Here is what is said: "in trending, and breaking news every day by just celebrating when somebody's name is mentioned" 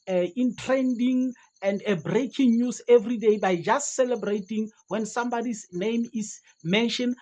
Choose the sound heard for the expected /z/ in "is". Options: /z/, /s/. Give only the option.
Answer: /s/